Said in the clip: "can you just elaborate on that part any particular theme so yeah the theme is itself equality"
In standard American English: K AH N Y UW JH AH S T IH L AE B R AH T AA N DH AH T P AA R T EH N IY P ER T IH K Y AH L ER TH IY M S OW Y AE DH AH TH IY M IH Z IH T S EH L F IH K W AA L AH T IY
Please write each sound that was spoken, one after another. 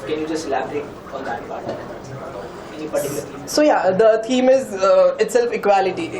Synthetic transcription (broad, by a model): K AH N Y UW JH AH S T L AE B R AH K AA N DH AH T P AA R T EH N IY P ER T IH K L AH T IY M S OW Y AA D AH T IY M IH Z IH T S EH L F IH K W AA L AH T IY